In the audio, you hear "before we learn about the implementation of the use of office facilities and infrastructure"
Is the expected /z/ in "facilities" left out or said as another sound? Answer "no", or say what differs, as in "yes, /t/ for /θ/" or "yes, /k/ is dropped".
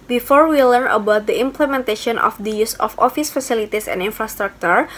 yes, /s/ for /z/